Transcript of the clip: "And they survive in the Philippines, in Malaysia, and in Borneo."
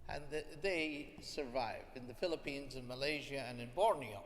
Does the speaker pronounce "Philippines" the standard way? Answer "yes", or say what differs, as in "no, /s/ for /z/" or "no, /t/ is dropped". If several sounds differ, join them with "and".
yes